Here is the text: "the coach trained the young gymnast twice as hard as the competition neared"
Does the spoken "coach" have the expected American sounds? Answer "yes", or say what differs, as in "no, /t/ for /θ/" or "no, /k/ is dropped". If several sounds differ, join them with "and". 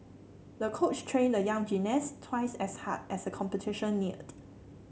yes